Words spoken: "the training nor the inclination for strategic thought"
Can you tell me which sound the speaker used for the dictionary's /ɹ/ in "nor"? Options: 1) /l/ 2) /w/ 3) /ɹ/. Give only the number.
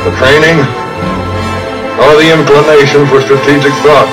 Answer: 1